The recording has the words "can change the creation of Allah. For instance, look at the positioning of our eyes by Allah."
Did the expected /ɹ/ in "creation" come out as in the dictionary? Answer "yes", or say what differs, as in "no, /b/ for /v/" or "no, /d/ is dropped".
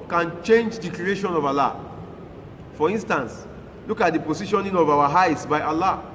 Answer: no, /l/ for /ɹ/